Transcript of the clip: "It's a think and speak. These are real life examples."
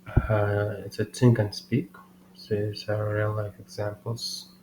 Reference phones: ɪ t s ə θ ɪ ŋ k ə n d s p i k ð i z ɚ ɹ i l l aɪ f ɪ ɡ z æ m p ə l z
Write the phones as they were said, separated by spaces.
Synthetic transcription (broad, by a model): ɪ t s ə t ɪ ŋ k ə n s p i k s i s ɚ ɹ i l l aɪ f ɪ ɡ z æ m p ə l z